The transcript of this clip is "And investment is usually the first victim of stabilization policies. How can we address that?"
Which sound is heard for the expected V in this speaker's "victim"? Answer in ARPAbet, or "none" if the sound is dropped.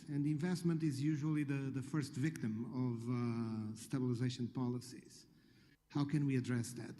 V